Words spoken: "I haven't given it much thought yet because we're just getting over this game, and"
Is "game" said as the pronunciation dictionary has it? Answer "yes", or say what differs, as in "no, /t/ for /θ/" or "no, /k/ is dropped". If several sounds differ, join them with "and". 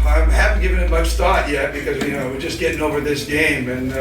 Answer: yes